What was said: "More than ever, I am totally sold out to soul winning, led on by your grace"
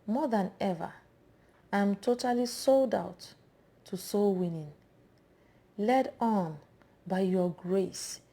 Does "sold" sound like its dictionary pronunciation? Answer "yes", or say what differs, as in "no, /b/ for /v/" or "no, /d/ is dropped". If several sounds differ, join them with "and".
yes